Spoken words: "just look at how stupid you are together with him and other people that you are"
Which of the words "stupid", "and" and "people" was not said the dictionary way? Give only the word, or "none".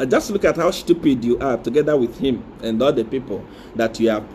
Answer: stupid